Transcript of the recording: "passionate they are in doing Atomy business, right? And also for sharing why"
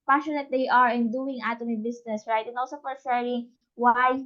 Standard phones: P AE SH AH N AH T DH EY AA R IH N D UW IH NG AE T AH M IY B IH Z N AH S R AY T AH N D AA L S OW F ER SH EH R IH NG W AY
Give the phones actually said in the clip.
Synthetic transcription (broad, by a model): P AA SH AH N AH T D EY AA R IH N D UW IH NG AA T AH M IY B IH S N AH S R AY T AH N AA L S OW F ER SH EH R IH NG W AY